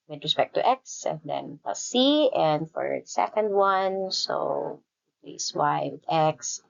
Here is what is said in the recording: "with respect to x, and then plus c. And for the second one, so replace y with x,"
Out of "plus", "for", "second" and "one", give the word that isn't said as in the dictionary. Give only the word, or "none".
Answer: plus